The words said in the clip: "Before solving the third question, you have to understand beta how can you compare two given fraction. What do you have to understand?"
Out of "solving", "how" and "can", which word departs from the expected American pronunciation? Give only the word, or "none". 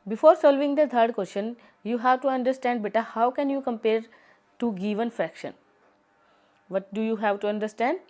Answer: none